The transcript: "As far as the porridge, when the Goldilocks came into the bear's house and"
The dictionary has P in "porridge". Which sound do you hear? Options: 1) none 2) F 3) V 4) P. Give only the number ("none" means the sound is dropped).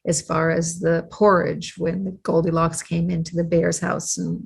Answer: 4